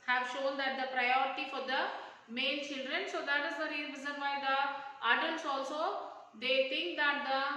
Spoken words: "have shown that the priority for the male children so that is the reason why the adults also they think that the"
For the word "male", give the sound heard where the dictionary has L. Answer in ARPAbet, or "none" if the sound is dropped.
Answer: N